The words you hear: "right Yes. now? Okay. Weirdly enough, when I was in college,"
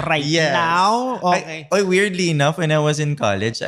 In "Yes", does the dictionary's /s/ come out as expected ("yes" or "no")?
no